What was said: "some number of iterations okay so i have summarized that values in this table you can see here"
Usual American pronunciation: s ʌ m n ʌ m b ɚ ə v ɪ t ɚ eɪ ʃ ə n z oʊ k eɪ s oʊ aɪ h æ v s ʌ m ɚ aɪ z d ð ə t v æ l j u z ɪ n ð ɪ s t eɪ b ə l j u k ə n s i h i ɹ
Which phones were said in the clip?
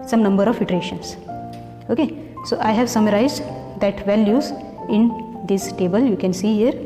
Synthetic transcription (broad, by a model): s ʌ m n ʌ m b ɚ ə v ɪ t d eɪ ʃ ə n s oʊ k eɪ s oʊ aɪ h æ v s ʌ m ɚ aɪ z d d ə t v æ l j u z ɪ n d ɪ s t eɪ b ə l j u k ə n s i h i ɹ